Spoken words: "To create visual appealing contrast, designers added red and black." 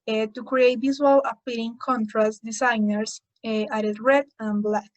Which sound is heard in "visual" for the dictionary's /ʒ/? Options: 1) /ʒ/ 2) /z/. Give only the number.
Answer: 2